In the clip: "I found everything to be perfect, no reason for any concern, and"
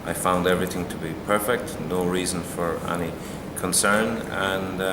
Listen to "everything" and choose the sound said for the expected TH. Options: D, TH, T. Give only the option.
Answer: TH